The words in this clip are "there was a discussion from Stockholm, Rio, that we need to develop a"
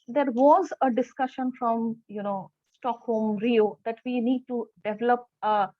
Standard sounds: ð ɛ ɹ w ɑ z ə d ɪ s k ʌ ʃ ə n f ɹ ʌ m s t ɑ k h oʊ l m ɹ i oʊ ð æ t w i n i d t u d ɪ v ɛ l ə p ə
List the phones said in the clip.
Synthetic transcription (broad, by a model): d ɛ ɹ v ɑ z ə d ɪ s k ʌ ʃ ə n f ɹ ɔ m s t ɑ k h oʊ m ɹ i oʊ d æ t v i n i d t u d ɪ v ɛ l ə p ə